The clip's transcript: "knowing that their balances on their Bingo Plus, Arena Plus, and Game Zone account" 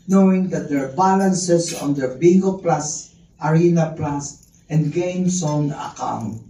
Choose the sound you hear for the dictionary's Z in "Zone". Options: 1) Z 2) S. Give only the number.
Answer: 2